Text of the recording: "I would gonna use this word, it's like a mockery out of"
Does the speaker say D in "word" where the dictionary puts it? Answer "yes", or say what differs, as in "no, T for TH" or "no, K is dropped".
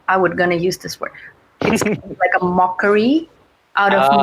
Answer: no, D is dropped